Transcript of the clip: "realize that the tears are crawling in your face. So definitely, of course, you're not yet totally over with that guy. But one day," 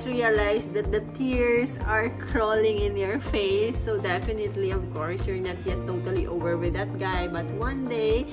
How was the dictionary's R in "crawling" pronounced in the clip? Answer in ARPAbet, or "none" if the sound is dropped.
R